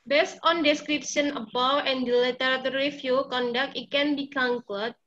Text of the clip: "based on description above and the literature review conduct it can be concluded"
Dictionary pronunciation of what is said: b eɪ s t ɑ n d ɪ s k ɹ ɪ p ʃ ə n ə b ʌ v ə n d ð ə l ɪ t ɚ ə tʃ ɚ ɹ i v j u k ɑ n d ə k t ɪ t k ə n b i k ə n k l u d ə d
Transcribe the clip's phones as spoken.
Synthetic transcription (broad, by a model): b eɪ s t ɑ n d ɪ s k ɹ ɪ p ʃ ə n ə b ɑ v ə n d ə l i t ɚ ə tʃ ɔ ɹ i f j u k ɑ n d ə k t ɪ t k ə n b i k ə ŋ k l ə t